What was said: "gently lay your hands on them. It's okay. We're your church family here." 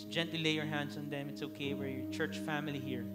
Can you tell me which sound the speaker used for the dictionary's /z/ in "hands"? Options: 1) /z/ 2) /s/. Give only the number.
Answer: 2